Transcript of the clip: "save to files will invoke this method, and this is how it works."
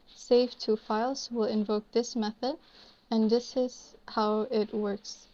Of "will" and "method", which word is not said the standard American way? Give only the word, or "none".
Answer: none